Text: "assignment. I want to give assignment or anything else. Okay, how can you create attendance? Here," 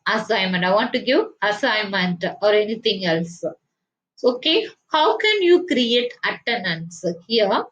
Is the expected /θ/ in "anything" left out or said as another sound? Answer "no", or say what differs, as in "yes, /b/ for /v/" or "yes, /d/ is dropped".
yes, /t/ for /θ/